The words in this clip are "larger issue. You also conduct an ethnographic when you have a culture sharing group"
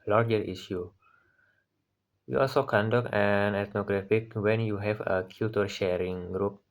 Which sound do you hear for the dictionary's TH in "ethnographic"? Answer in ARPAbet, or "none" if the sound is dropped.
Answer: T